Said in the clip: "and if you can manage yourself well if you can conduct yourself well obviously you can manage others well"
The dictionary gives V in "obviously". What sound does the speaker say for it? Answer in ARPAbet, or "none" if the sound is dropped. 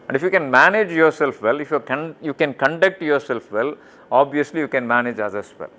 V